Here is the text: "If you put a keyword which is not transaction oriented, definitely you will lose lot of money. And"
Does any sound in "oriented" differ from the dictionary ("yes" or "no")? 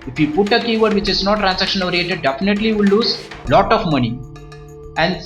yes